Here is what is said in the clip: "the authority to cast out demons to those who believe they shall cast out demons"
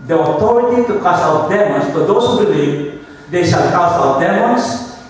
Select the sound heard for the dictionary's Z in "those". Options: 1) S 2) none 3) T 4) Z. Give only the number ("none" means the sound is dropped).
1